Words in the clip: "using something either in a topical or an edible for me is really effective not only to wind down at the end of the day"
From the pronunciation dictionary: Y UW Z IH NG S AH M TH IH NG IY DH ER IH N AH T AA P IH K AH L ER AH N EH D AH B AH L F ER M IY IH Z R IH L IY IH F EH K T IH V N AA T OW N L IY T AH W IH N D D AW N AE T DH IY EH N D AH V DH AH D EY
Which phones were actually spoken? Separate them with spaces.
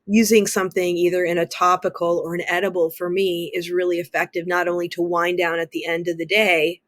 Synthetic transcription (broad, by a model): Y UW Z IH NG S AH M TH IH NG IY DH ER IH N AH T AA P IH K L ER AH N EH D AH B L F ER M IY IH Z R IH L IY IH F EH K T IH V N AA T OW N L IY T AH W IH N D D AW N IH T DH IY EH N D AH V DH AH D EY